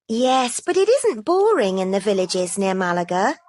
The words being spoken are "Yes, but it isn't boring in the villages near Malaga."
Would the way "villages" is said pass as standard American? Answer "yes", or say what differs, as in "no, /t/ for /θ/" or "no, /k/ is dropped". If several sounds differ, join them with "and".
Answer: yes